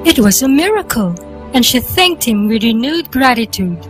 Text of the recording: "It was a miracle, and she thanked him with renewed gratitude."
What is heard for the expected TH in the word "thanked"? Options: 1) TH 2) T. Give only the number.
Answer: 1